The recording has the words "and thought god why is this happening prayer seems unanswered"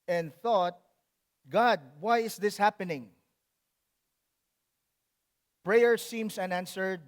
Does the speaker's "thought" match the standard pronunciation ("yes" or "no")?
yes